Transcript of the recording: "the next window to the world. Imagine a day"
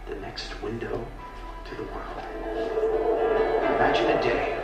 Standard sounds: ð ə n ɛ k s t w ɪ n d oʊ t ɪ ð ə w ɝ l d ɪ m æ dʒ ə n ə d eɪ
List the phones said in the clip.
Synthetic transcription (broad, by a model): ð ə n ɛ k s t w ɪ n d oʊ t ɪ ð ə w ɝ l d ɪ m æ dʒ ə n ə d eɪ